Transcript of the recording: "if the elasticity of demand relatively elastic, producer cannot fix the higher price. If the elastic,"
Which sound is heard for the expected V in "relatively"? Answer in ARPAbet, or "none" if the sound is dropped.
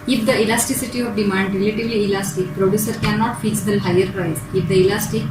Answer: V